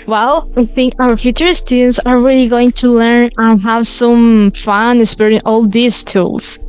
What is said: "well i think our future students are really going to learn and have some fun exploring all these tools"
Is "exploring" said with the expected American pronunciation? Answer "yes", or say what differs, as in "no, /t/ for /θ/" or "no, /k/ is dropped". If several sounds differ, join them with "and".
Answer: no, /l/ is dropped